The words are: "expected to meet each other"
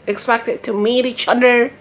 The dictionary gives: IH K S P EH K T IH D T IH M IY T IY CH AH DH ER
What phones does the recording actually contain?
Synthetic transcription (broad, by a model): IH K S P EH K T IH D T IH M IY T IY CH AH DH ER